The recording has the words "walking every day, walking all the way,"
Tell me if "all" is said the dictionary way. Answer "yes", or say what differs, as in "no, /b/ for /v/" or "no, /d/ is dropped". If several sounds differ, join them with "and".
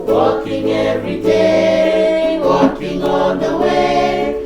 no, /n/ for /l/